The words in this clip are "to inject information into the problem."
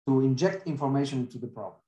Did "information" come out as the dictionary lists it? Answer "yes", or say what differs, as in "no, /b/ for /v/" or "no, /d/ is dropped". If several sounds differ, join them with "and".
no, /ʃ/ is dropped